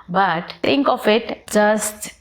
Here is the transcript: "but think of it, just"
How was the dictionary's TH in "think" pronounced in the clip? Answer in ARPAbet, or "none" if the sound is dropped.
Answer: T